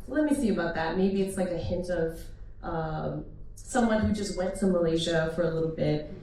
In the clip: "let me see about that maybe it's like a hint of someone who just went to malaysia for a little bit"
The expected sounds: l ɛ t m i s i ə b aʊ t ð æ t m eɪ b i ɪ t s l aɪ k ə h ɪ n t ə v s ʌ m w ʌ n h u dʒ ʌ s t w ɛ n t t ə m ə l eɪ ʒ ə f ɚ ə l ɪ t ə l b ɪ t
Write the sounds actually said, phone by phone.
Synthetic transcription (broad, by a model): l ɛ t m i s i ə b aʊ t ð æ t m eɪ b i ɪ t s l aɪ k ə h ɪ n t ə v s ʌ m w ʌ n h u dʒ ʌ s t w ɛ n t t ə m ə l eɪ ʒ ə f ɚ ə l ɪ t l b ɪ t